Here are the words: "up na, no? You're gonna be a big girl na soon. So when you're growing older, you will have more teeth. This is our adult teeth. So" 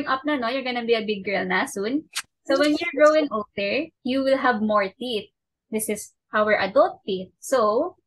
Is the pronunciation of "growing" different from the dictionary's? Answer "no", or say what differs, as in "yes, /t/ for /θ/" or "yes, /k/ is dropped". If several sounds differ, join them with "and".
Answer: yes, /ɹ/ is dropped